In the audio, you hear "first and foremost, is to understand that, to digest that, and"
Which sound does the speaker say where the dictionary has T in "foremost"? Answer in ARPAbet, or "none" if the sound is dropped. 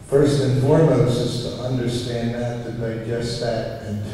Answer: none